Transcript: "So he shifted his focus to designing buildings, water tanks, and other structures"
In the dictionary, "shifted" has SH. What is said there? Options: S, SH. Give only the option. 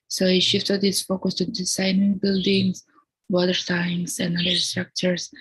SH